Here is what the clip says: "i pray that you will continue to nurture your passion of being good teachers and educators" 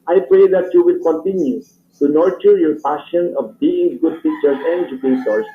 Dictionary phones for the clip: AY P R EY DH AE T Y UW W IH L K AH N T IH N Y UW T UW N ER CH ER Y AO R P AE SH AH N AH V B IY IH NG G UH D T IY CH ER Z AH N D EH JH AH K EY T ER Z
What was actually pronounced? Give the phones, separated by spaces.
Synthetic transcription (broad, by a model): AY P R EY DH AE T Y UW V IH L K AH N T IH N Y UW T UW N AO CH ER Y AO R P AE SH AH N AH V B IY IH NG G UH D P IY CH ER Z AH N D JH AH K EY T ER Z